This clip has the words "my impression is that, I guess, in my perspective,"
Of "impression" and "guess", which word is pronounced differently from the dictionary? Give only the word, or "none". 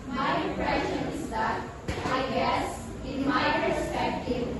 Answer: impression